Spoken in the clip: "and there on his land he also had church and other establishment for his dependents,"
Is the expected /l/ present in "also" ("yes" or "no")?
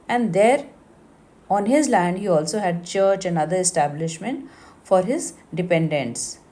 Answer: yes